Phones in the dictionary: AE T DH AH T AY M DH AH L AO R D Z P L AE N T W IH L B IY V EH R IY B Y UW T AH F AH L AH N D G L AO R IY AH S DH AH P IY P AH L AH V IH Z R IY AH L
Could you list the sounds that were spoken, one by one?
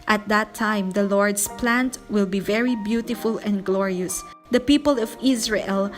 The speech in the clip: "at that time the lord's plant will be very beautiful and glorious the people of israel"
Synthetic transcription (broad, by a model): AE T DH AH T AY M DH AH L AO R D S P L AE N T W IH L B IY V EH R IY B Y UW T AH F AH L AH N D G L AO R IY AH S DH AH P IY P AH L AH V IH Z R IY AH L